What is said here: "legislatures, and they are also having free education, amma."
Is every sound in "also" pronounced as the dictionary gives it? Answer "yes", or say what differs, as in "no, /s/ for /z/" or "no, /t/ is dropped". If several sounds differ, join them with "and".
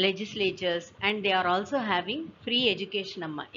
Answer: yes